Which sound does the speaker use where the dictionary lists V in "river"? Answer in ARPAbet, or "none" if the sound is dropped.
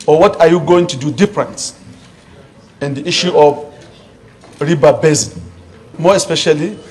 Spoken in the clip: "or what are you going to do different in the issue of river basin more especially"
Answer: B